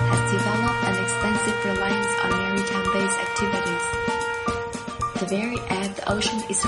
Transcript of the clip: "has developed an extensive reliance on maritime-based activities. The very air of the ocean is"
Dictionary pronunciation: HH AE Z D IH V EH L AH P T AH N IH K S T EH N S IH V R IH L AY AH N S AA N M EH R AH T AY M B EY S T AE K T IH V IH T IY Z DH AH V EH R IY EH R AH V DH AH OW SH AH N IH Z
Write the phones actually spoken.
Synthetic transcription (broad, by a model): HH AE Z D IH V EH L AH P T AH N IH K S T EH N S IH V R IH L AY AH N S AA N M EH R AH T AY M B EY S AE K T IH V IH T IY Z DH AH V EH R IY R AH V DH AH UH SH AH N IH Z